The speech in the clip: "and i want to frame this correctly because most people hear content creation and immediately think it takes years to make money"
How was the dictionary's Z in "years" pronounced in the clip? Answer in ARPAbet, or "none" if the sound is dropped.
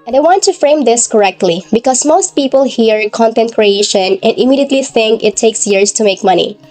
S